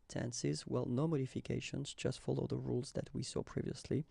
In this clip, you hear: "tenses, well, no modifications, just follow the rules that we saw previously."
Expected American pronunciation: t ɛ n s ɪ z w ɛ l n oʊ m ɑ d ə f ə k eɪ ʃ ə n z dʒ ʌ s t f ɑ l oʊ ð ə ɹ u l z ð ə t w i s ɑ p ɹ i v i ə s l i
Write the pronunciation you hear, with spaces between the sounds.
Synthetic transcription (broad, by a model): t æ n s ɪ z w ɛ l n oʊ m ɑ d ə f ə k eɪ ʃ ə n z dʒ ʌ s t f ɑ l oʊ ð ə ɹ u l z ð ə t w i s ɑ p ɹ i v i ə s l i